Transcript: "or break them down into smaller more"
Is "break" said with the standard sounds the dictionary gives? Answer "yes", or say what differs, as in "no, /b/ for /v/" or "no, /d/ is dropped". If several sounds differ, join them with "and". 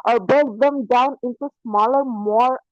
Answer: no, /ɹ/ is dropped